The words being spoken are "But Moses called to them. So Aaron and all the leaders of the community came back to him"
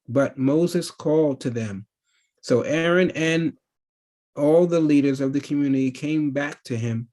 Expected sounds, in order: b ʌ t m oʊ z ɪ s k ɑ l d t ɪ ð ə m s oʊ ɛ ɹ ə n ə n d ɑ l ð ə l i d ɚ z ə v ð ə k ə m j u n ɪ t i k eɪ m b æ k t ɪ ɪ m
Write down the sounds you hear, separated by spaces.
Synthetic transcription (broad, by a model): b ʌ t m oʊ z ɪ s k ɑ l d t ɪ ð ə m s oʊ ɛ ɹ ə n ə n ɑ l ð ə l i d ɚ z ə v ð ə k ə m j u n ɪ t i k eɪ m b æ k t ɪ ɪ m